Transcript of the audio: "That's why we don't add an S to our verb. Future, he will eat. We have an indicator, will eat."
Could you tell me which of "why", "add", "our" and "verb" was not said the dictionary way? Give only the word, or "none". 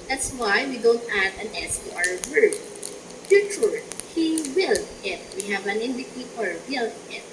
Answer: verb